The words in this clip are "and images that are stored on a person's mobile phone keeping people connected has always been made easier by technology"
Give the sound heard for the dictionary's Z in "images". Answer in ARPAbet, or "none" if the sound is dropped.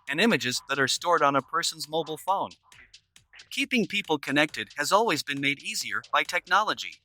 Z